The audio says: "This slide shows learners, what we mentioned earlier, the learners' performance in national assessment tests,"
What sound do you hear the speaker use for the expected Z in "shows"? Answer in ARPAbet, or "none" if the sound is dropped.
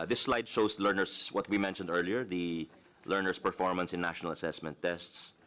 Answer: S